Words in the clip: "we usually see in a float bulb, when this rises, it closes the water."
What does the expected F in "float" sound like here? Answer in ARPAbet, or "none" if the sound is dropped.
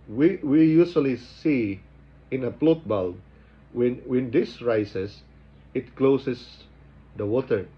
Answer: P